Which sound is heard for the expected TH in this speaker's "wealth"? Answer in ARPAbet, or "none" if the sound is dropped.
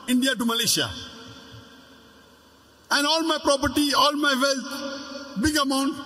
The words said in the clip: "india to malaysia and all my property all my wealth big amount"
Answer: T